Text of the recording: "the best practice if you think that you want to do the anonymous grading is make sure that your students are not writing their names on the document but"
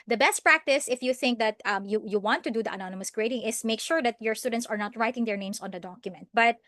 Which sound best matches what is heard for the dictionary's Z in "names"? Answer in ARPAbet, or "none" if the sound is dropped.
S